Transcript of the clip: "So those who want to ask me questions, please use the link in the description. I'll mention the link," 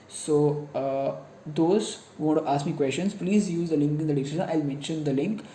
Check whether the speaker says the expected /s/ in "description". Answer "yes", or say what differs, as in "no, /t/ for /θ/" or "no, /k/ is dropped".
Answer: no, /s/ is dropped